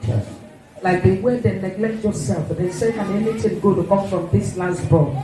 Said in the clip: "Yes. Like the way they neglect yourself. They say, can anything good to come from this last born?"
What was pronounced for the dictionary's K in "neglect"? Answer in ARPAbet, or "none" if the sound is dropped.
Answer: K